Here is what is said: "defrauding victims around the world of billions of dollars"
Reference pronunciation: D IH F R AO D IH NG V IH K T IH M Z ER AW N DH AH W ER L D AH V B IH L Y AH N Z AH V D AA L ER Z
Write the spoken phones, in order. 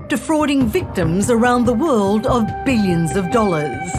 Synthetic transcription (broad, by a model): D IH F R AO D IH NG V IH K T IH M Z ER AW N DH AH W ER L D AH V B IH L Y AH N Z AH V D AA L ER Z